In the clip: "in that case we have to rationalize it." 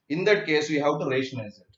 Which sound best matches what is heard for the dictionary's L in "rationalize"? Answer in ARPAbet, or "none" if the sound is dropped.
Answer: none